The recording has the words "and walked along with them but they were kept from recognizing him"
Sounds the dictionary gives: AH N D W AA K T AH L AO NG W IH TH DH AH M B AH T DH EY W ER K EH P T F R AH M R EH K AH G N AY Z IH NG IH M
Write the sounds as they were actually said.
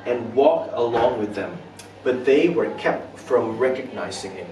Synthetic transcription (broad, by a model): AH N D W AA K AH L AO NG W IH DH AH M B AH T DH EY W ER K EH P T F R AH M R EH K AH G N AY Z IH NG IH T